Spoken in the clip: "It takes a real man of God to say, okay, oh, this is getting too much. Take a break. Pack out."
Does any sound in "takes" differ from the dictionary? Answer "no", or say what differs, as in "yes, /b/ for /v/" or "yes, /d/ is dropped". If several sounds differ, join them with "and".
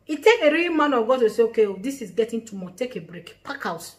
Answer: yes, /s/ is dropped